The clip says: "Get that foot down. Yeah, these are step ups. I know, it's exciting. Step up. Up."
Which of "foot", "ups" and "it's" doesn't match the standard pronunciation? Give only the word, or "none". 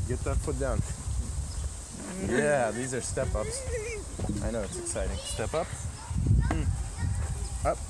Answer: foot